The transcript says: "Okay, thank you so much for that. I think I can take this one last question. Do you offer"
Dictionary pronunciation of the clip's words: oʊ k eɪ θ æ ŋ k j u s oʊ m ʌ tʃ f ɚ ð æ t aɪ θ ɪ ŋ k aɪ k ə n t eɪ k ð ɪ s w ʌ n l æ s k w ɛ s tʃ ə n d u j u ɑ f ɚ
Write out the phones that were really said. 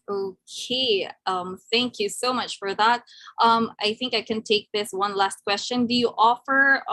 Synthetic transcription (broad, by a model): oʊ k eɪ θ æ ŋ k j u s oʊ m ʌ tʃ f ɚ ð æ t aɪ θ ɪ ŋ k aɪ k ə n t eɪ k ð ɪ s w ʌ n l æ s k w ɛ s tʃ ə n d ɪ j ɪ ɑ f ɚ